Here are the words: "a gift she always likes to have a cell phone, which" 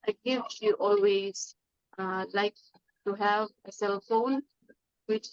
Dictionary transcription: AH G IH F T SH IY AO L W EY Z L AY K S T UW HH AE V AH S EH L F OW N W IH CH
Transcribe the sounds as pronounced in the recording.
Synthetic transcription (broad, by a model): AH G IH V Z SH AO L W EY Z L AY K T UW HH AE V AH S EH L F OW N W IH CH